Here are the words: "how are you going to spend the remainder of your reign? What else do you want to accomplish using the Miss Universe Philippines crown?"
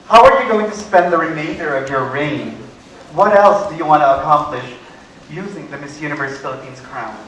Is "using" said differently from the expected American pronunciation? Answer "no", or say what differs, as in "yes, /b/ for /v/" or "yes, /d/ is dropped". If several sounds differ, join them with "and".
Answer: no